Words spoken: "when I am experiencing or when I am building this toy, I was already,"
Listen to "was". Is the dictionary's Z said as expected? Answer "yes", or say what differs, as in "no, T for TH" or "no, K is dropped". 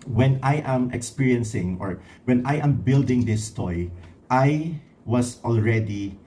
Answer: no, S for Z